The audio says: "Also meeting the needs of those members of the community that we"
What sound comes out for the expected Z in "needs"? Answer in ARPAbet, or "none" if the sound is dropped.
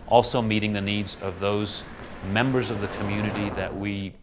Z